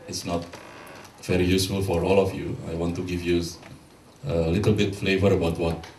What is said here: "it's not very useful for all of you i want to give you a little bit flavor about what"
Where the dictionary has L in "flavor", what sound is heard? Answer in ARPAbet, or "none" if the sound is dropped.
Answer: L